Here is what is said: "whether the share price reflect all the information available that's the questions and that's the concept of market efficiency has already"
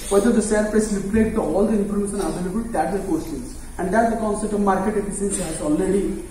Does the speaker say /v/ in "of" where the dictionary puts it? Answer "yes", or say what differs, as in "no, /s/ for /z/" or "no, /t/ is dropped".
yes